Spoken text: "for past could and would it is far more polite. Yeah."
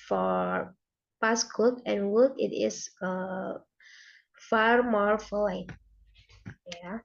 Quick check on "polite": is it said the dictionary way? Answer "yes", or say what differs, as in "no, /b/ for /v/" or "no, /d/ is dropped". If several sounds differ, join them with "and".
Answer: no, /f/ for /p/